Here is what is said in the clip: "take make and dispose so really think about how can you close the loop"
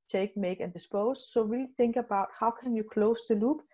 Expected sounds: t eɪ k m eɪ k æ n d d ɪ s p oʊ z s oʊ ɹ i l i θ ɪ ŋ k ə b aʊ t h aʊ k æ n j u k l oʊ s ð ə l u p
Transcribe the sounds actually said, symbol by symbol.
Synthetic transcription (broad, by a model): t eɪ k m eɪ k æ n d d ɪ s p oʊ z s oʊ w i l θ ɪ ŋ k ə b aʊ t h aʊ k æ n j u k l oʊ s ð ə l u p